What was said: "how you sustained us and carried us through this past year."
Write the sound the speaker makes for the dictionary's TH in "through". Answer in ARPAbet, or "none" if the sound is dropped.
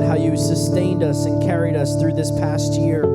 TH